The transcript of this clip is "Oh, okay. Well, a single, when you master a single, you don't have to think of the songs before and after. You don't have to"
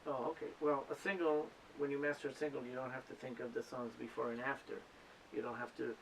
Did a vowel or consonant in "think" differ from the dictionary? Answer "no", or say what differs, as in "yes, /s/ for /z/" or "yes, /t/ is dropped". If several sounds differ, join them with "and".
no